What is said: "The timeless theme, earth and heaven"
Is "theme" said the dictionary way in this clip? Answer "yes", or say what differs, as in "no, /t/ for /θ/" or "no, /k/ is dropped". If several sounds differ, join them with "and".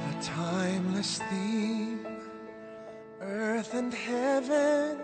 no, /m/ is dropped